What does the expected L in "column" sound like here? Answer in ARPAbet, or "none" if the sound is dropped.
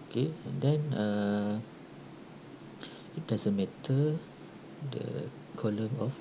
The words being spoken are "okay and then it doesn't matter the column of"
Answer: L